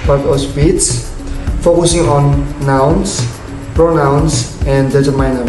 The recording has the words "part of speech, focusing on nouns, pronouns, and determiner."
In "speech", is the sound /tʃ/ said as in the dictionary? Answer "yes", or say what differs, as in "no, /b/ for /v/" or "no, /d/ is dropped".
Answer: no, /s/ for /tʃ/